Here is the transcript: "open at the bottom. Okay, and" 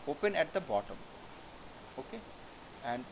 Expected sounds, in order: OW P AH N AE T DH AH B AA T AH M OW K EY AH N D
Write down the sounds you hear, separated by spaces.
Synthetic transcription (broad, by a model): OW P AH N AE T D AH B AA T AH M OW K EY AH N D